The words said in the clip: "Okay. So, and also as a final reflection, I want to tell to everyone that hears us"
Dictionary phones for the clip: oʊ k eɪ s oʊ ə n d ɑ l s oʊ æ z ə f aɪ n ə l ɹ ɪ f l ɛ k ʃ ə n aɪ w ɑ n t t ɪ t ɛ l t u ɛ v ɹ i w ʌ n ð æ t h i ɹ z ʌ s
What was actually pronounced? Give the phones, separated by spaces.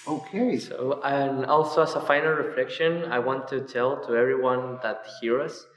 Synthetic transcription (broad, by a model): oʊ k eɪ s oʊ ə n ɑ l s oʊ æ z ə f aɪ n l ɹ ɪ f l ɛ k ʃ ə n aɪ w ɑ n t t ɪ t ɛ l t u ɛ v ɹ i w ʌ n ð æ t h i ɹ ʌ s